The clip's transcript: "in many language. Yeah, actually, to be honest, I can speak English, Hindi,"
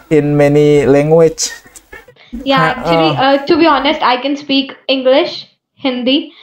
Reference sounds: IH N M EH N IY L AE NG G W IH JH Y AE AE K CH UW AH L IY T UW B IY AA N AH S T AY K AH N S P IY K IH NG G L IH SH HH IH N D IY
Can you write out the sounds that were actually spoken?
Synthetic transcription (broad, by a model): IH N M EH N IY L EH NG G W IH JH Y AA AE K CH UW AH L IY T UW B IY AA N AH S T AY K AH N S P IY K IH NG G L IH SH HH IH N D IY